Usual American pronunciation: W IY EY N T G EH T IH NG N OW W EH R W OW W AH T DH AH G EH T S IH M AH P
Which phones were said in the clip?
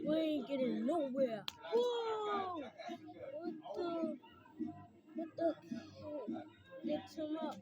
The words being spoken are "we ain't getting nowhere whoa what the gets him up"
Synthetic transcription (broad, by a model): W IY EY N G EH T IH NG N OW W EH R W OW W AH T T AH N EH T IH M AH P